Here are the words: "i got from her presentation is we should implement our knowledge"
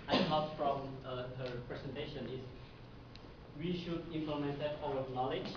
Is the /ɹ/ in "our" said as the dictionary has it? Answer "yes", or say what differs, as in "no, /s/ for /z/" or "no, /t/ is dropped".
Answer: no, /w/ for /ɹ/